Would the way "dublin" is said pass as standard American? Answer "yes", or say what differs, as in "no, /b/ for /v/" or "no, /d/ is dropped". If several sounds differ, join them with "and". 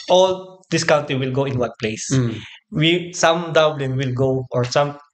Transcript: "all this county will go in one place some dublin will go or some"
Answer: yes